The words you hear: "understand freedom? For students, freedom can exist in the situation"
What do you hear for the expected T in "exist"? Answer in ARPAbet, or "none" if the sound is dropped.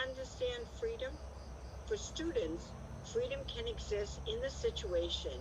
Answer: T